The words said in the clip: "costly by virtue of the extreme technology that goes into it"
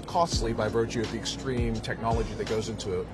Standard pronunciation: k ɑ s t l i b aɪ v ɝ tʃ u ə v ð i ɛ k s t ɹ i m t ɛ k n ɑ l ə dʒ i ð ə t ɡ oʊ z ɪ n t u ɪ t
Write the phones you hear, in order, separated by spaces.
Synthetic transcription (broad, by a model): k ɑ s t l i b aɪ v ɝ tʃ u ə v ð i ɛ k s t ɹ i m t ɛ k n ɑ l ə dʒ i ð ə t ɡ oʊ z ɪ n t u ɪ t